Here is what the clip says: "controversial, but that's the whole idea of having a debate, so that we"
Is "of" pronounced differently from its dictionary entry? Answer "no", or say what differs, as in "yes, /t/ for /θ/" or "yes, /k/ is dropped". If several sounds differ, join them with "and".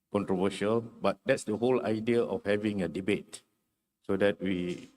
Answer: yes, /f/ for /v/